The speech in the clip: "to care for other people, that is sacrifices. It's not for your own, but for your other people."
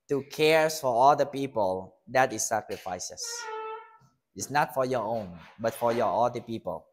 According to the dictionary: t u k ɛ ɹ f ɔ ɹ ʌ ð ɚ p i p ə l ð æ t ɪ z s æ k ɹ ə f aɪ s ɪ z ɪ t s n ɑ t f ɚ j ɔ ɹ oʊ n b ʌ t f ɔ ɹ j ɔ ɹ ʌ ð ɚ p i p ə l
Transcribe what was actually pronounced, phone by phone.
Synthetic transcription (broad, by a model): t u k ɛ ɹ f ɔ ɹ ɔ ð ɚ p i p ə l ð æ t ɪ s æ k ɹ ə f aɪ s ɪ s ɪ t s n ɑ t f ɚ j ɔ ɹ oʊ n b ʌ t f ɔ ɹ j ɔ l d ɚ p i p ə l